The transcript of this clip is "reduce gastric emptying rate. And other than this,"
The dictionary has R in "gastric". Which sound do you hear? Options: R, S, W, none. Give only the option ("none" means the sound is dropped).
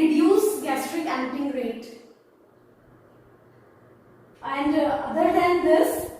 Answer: R